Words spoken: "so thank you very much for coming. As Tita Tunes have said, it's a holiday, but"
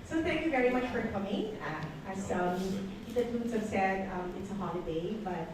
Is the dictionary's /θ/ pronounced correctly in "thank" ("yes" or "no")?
yes